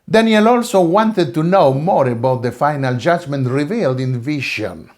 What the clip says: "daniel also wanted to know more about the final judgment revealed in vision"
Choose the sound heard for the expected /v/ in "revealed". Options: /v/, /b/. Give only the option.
/v/